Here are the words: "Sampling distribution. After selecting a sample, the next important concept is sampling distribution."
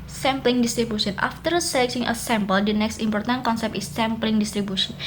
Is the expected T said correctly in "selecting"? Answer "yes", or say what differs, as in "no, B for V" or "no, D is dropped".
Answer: no, S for T